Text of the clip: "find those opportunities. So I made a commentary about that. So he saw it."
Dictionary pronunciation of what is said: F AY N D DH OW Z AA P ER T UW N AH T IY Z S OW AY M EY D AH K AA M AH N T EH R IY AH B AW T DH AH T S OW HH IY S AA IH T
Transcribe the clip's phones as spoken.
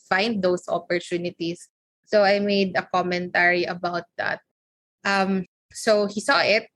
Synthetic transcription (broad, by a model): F AY N D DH OW S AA P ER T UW N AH T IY S OW AY M EY D AH K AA M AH N T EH R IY AH B AW T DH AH T S OW HH IY S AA IH T